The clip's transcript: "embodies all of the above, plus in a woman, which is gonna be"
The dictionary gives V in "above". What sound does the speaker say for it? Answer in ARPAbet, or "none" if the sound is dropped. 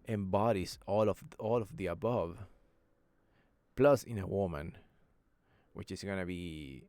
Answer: V